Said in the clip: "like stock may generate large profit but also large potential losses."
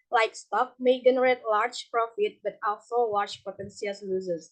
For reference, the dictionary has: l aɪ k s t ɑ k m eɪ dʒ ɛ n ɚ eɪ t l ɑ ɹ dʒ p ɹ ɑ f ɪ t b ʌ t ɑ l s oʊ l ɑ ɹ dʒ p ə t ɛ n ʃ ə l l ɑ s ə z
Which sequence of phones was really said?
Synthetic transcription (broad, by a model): l aɪ k s t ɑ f m eɪ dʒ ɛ n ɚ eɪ t l ɑ ɹ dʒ p ɹ ɑ f ɪ t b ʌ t ɑ l s oʊ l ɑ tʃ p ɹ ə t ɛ n s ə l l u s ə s